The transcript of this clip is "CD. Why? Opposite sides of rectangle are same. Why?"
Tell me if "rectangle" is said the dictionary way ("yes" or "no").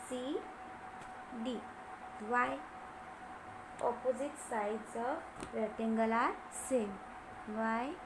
no